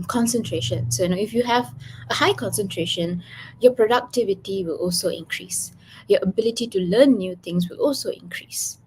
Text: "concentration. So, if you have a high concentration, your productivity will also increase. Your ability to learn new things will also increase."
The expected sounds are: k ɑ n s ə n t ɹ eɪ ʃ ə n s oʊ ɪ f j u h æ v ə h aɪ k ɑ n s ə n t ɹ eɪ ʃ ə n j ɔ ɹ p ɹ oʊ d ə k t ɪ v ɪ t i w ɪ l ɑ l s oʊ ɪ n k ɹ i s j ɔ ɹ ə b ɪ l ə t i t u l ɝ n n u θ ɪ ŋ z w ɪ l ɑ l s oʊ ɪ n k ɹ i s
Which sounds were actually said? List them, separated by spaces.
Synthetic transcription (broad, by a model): k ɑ n s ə n t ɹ eɪ ʃ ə n s oʊ ɪ f j u h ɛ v ə h aɪ k ɑ n s ə n t ɹ eɪ ʃ ə n j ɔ p ɹ oʊ d ə k t ɪ v ɪ t i w ɪ l ɑ l s oʊ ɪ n k ɹ i s j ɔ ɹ ə b ɪ l ə t i t u l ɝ n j u t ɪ ŋ s w ɪ l ɑ l s oʊ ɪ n k ɹ i s